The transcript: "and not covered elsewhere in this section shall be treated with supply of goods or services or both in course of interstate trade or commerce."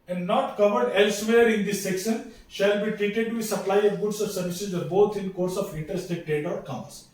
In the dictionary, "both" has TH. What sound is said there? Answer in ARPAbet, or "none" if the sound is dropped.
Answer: T